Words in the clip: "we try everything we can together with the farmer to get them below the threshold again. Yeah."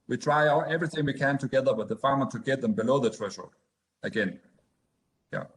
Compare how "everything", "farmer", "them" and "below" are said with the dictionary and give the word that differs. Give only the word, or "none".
none